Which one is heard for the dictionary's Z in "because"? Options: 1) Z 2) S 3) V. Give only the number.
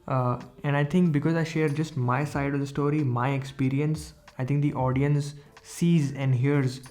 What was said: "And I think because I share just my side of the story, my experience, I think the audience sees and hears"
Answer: 1